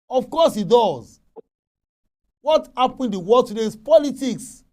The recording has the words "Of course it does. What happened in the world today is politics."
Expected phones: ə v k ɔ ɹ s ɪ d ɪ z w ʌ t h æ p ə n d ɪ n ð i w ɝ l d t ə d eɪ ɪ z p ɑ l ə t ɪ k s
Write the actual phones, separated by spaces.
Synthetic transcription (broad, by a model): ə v k ɔ s ɪ d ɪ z w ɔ t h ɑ p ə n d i w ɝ d t ə d eɪ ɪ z p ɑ l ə t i k s